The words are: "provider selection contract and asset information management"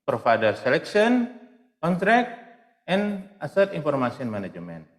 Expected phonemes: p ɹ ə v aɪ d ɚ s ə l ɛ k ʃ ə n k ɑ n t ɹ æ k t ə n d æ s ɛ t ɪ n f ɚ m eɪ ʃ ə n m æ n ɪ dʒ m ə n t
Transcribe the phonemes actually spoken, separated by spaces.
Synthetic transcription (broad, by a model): p ɹ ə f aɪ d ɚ s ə l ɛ k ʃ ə n k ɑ n t ɹ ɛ k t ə n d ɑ s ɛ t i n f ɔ m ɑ s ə n m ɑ n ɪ dʒ m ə n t